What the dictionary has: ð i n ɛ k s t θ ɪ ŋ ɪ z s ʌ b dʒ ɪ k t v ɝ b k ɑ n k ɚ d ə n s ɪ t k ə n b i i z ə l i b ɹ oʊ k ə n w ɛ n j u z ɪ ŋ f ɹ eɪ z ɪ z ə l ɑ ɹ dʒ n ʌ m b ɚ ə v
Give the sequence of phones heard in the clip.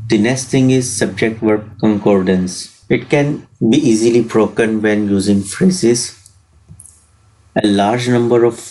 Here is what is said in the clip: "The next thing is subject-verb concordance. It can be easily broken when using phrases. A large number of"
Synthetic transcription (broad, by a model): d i n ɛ s t t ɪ ŋ ɪ z s ʌ b dʒ ɪ k t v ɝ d k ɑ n k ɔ d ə n s ɪ t k ə n b i i z ə l i b ɹ oʊ k ə n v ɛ n j u z ɪ ŋ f ɹ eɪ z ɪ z ə l ɑ ɹ dʒ n ʌ m b ɚ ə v